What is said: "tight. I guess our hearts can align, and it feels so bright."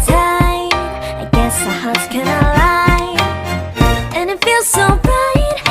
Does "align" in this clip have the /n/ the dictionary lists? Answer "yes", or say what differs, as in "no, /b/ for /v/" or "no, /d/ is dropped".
no, /n/ is dropped